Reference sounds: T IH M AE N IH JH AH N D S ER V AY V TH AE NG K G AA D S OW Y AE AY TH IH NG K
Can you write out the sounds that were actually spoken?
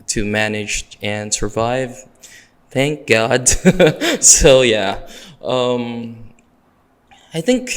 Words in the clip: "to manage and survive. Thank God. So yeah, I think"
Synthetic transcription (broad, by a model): T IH M AE N IH JH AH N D S ER V AY V TH AE NG K G AA D S OW Y AE AY TH IH NG K